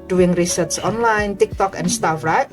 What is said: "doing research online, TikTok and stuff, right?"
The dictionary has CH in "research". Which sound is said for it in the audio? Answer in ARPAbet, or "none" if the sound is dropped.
S